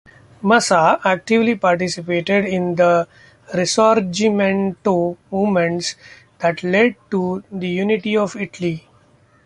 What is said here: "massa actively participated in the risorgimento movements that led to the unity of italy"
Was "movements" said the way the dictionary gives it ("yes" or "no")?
no